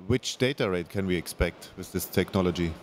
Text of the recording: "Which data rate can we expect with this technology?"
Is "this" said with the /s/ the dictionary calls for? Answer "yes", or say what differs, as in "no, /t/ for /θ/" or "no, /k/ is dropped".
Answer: yes